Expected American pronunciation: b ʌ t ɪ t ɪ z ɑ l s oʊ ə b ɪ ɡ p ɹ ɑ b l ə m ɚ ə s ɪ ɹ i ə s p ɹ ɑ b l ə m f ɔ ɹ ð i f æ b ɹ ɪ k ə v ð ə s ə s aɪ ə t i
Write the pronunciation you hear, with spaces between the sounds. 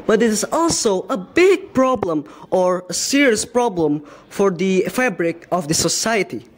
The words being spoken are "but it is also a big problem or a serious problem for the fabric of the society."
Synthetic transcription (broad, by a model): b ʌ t ɪ t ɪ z ɑ l s oʊ ə b ɪ ɡ p ɹ ɑ b l ə m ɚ ə s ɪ ɹ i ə s p ɹ ɑ b l ə m f ɔ ɹ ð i f æ b ɹ ɪ k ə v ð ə s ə s aɪ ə t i